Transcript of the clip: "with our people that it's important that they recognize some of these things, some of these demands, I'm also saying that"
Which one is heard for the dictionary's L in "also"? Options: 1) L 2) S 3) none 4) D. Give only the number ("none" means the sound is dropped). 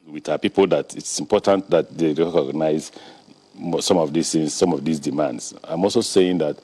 1